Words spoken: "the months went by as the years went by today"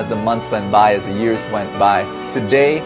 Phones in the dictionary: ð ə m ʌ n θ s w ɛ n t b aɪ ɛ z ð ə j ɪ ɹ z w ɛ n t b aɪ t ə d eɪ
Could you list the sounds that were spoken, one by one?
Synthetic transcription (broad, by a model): ð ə m ʌ n θ s w ɛ n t b aɪ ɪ z ð ə j ɪ ɹ z w ɛ n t b aɪ t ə d eɪ